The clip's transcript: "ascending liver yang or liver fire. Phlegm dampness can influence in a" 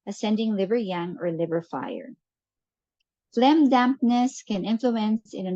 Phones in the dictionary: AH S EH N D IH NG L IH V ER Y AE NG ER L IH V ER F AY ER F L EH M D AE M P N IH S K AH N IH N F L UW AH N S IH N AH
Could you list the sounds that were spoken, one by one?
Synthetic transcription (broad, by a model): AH S EH N D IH NG L IH V ER Y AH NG ER L IH V ER F AY ER F L EH M D AE M P N IH S K AH N IH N F L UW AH N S IH N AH